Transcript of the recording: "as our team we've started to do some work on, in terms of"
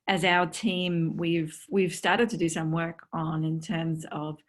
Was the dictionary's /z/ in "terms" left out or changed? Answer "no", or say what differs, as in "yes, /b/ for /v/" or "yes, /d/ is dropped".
no